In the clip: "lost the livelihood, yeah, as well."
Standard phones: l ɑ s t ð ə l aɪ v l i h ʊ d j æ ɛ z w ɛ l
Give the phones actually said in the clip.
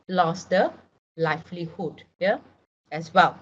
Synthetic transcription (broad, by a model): l ɑ s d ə l aɪ f l i h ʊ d j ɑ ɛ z w ɛ l